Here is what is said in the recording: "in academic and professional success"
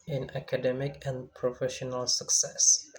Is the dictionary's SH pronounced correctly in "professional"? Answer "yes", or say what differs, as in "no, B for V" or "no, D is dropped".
yes